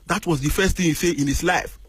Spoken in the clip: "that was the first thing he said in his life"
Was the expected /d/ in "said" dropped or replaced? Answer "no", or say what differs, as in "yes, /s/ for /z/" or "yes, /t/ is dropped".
yes, /d/ is dropped